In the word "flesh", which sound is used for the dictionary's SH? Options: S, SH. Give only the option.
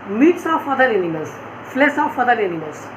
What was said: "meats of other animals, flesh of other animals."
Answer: S